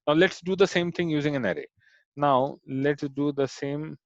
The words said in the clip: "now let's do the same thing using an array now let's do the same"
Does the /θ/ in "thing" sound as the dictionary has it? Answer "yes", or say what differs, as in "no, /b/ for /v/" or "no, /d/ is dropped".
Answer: no, /t/ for /θ/